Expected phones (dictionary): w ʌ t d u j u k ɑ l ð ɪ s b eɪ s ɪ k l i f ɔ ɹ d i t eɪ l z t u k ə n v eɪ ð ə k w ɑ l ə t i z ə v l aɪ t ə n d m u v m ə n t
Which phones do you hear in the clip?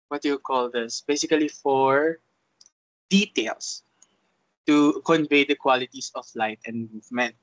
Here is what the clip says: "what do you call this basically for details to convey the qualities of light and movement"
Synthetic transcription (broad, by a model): w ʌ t j u k ɑ l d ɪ s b eɪ s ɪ k l i f ɔ ɹ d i t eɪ l s t u k ə n v eɪ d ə k w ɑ l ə t i s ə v l aɪ t ə n d m u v m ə n t